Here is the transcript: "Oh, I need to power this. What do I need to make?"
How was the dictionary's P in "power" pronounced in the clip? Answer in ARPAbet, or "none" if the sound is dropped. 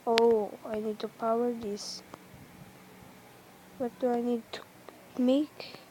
P